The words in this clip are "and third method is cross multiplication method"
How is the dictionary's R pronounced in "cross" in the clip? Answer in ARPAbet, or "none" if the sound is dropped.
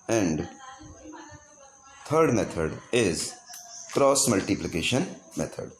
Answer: R